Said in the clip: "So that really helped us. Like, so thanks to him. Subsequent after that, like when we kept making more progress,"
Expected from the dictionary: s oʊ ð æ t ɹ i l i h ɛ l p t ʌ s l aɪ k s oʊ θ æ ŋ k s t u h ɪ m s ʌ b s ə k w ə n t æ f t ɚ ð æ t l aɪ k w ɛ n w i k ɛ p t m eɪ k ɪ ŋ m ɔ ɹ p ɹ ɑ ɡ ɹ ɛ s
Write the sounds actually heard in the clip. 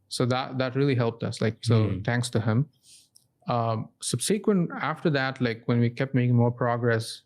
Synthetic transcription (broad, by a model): s oʊ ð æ t ɹ i l i h ɛ l p t ʌ s l aɪ k s oʊ t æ ŋ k s t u h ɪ m s ʌ b s ə k w ə n t æ f t ɚ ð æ t l aɪ k w ɛ n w i k ɛ p t m eɪ k ɪ ŋ m ɔ ɹ p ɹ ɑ ɡ ɹ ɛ s